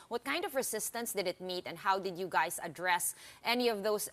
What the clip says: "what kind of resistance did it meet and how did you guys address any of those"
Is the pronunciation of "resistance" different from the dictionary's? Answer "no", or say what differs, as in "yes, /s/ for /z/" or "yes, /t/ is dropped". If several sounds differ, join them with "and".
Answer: yes, /s/ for /z/